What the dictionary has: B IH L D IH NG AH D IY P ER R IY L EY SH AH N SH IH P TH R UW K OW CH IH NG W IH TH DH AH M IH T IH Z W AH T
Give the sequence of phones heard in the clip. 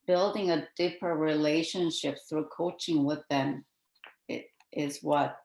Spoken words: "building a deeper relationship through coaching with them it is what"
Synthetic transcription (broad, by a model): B IH L D IH NG AH D IY P ER R IY L EY SH AH N SH IH P TH R UW K OW CH IH NG W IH DH AH M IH T IH Z W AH T